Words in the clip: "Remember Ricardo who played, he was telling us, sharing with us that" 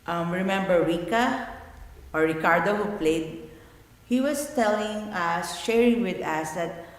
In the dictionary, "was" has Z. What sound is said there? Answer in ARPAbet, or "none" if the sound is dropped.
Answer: S